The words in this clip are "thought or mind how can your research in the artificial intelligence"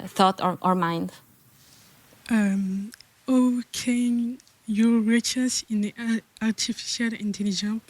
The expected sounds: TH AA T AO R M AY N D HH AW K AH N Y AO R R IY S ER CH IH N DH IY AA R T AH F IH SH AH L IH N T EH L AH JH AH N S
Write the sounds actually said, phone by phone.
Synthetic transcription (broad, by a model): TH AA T AO R M AY N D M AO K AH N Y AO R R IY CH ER S IH N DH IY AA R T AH F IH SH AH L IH N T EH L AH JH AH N